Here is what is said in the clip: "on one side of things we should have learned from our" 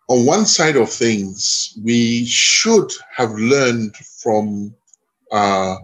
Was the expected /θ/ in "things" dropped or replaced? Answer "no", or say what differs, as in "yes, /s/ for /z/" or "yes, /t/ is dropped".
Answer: no